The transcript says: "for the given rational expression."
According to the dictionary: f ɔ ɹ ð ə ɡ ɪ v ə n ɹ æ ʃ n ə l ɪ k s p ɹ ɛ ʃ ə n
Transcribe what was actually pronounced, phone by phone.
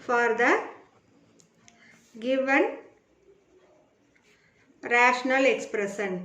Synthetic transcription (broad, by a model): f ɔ ɹ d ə ɡ ɪ v ə n ɹ æ ʃ n ə l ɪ k s p ɹ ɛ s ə n